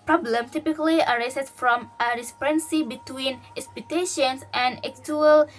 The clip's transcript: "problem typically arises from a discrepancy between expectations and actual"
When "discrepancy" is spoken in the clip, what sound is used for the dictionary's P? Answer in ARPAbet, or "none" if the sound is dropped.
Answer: none